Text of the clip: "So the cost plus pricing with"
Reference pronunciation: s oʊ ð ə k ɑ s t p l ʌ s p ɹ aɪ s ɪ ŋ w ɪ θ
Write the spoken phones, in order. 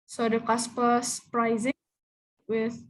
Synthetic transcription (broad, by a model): s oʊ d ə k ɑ s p ʌ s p ɹ aɪ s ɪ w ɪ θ